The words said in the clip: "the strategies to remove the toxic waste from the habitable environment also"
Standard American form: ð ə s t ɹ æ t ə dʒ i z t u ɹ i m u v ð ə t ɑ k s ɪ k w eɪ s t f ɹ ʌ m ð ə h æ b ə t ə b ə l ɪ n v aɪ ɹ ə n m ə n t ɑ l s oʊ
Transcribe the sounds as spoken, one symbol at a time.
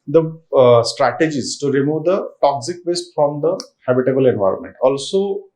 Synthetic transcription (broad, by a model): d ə s t ɹ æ t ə dʒ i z t u ɹ i m u v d ə t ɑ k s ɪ k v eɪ s t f ɹ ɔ m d ə h æ b ə t ə b ə l ɪ n v aɪ ɹ ə n m ə n t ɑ l s oʊ